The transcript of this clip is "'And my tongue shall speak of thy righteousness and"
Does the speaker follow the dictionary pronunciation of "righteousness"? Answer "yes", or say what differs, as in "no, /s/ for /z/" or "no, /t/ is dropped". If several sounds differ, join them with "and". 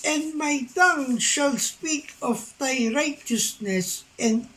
yes